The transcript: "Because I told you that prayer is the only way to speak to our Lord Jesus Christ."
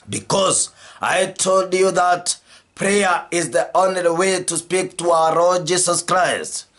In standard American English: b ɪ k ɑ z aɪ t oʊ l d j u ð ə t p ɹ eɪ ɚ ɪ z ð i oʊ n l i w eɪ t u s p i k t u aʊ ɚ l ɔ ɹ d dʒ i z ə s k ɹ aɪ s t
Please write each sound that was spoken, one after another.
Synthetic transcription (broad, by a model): b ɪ k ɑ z aɪ t oʊ l d j u ð ə t p ɹ eɪ ɚ ɪ z ð i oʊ n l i w eɪ t u s p i k t u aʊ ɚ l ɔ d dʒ i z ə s k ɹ aɪ s t